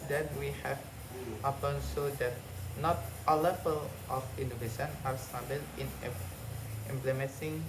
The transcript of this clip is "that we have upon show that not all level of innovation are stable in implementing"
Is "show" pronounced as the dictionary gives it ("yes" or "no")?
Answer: no